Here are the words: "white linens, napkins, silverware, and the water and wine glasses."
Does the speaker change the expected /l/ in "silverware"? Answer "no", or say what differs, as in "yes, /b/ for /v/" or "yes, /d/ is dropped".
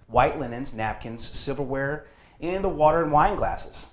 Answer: yes, /l/ is dropped